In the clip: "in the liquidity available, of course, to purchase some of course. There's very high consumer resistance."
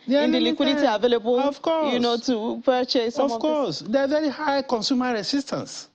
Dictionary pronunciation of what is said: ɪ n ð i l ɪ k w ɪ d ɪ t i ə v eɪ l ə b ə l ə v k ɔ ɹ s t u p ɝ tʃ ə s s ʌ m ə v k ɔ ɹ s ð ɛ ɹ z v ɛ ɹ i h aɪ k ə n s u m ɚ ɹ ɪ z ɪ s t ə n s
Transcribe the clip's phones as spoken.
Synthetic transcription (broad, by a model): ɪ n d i l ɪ k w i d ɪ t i ə v eɪ l ə b ə l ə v k ɔ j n t u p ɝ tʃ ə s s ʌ ə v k ɔ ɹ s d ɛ v ɛ ɹ i h aɪ k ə n s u m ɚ ɹ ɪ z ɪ s t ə n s